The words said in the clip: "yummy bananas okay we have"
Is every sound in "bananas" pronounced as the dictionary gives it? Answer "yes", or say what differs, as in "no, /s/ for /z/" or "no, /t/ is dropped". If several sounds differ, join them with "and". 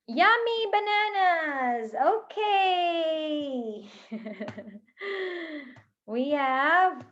yes